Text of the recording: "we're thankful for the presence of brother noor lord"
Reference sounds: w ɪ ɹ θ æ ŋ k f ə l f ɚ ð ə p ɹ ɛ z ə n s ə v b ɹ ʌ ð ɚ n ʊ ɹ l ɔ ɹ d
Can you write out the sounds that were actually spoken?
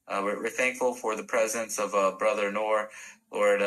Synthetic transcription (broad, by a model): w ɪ ɹ θ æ ŋ k f l f ɚ ð ə p ɹ ɛ z ə n s ə v b ɹ ʌ ð ɚ n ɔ ɹ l ɔ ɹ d